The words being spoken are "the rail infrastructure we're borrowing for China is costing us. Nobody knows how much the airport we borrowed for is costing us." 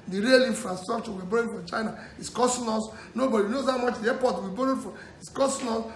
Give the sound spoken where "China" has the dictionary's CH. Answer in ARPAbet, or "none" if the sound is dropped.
CH